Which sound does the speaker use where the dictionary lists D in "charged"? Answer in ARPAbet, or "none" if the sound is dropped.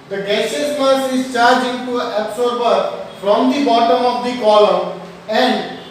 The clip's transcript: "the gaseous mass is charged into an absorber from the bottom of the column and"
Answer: none